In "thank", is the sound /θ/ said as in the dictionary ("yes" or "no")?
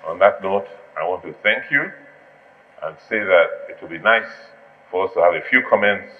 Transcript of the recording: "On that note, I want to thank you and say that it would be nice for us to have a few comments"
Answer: yes